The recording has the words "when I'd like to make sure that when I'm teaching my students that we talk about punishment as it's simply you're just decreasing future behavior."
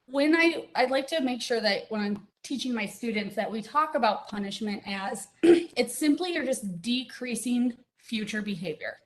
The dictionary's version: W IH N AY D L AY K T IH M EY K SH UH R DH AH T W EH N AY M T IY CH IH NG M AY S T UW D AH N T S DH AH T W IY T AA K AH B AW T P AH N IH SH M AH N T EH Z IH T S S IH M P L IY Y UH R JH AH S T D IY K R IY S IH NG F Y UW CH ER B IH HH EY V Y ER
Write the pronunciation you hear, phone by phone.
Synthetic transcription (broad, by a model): W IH N AY D L AY K T IH M EY K SH UH R DH AH T W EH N AY M T IY CH IH NG M AY S T UW D N T S DH AH T W IY T AA K AH B AW T P AH N IH SH M AH N T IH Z IH T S S IH M P L IY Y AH R JH AH S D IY K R IY S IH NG F Y UW CH ER B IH HH EY V Y ER